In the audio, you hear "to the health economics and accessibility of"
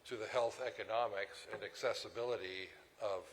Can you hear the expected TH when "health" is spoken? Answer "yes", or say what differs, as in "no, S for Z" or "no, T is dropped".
yes